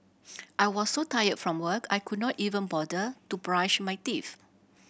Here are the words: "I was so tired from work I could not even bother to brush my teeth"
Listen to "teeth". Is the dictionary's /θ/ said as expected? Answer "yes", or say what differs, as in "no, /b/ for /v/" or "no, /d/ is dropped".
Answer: no, /f/ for /θ/